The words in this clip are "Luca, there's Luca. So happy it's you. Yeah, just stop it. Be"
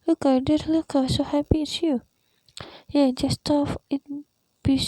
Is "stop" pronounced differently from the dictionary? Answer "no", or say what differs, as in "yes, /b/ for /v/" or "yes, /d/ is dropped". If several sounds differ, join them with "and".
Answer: yes, /f/ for /p/